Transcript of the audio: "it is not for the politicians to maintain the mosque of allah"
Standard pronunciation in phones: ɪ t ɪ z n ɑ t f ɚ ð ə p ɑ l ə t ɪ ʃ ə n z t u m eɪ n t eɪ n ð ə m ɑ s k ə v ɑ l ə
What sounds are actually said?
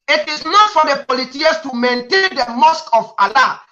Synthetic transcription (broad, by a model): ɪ t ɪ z n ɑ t f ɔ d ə p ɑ l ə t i ə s t u m eɪ n t eɪ n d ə m ɑ s k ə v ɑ l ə